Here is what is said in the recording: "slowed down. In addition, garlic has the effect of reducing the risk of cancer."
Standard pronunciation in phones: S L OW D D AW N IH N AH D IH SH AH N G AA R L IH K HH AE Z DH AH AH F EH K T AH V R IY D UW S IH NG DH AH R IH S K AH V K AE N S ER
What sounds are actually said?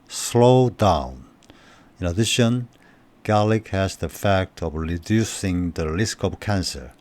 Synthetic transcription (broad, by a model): S L OW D D AW N IH N AH D IH SH AH N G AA L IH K HH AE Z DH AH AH F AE K T AH V R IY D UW S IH NG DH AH L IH S K AH V K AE N S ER